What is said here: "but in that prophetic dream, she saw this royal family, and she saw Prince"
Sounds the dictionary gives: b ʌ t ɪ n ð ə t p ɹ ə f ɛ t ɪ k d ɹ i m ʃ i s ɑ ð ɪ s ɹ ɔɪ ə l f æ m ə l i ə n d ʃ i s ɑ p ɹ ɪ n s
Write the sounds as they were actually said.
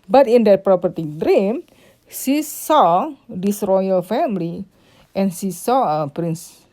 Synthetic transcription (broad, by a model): b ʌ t ɪ n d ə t p ɹ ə p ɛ t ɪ d ɹ i m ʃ i s ɑ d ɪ s ɹ ɔɪ ə l f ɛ m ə l i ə n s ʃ i s ɑ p ɹ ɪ n s